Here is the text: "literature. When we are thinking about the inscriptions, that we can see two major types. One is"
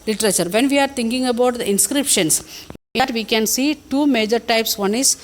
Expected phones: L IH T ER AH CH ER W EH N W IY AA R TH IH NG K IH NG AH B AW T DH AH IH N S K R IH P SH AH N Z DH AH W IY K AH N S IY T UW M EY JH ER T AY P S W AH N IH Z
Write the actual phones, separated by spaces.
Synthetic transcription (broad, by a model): L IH T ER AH CH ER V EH N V IY AA R T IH NG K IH NG AH B AW T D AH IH N S K R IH P SH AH N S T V IY K AH N S IY T UW M EY JH ER T AY P S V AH N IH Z